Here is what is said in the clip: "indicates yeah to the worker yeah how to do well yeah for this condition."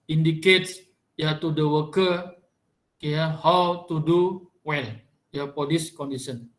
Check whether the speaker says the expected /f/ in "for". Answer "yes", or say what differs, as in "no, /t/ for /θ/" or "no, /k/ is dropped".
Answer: no, /p/ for /f/